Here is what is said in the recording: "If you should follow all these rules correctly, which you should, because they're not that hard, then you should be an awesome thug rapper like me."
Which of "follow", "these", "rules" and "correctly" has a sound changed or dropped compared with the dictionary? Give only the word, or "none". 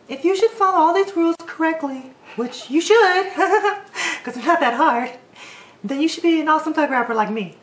none